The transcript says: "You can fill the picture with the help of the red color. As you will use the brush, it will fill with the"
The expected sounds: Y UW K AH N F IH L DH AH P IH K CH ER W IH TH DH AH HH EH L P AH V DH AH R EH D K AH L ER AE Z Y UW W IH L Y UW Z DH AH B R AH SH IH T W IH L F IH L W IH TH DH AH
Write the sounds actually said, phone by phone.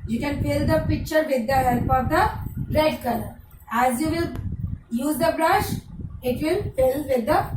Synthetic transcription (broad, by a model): Y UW K AH N F IH L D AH P IH K CH ER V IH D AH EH P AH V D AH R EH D K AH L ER AE Z Y UW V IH L Y UW Z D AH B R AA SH IH T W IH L F IH L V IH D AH